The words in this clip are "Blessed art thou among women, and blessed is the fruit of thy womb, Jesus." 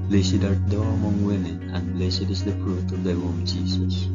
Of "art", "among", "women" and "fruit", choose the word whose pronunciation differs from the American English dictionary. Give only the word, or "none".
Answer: fruit